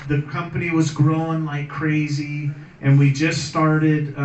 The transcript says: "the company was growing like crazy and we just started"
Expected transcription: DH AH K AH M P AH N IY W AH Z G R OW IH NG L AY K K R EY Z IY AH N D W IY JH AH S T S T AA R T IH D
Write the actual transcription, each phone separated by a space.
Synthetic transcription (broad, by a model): DH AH K AH M P AH N IY W AH Z G R OW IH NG L AY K K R EY Z IY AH N W IY JH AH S S T AA R T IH D